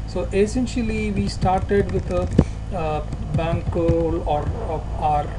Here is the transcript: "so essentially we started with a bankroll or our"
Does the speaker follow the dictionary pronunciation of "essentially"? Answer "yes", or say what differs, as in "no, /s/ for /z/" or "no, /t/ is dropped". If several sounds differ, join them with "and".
yes